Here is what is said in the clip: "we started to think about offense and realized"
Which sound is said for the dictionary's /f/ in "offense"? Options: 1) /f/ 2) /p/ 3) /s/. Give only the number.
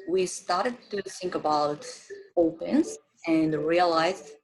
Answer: 2